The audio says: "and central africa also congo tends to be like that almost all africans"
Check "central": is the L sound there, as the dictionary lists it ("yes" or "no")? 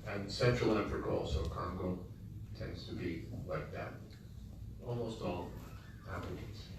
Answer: no